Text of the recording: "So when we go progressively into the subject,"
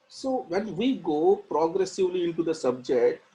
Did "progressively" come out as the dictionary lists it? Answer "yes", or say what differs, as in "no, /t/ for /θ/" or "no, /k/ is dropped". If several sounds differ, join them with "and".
yes